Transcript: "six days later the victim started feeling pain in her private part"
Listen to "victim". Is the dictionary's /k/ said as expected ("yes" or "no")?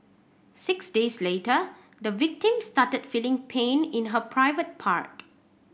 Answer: yes